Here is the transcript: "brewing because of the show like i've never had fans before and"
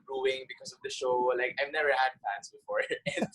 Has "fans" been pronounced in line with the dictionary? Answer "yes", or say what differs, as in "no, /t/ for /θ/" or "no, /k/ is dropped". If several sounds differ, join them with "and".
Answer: no, /s/ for /z/